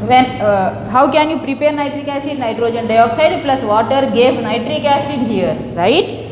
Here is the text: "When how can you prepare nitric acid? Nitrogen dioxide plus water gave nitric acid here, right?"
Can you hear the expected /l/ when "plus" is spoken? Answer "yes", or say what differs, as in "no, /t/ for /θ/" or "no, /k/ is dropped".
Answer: yes